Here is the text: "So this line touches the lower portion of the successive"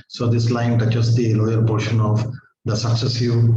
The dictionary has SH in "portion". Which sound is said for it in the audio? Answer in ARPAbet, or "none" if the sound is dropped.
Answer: SH